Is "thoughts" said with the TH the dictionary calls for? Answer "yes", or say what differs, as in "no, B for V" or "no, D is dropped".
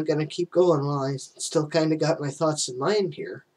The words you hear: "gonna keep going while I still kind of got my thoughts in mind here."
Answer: yes